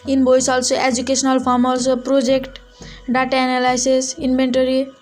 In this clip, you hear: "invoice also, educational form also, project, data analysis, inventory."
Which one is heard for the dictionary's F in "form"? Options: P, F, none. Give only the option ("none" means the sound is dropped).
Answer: P